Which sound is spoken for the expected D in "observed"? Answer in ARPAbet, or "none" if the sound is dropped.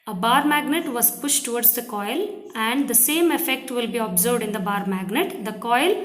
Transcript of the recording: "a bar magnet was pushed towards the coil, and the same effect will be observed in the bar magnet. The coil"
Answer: D